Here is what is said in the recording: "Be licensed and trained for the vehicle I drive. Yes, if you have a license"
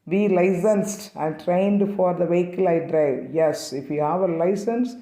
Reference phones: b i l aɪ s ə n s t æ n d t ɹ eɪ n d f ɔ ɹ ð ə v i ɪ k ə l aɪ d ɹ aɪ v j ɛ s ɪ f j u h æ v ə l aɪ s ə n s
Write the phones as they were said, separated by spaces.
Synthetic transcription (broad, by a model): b i l aɪ s ə n s t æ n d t ɹ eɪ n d f ɔ ɹ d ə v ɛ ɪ k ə l aɪ d ɹ aɪ v j ɛ s ɪ f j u h æ v ə l aɪ s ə n s